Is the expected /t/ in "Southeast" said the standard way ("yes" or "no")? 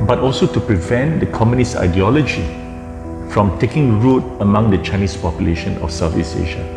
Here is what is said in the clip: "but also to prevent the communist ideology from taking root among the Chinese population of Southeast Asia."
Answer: no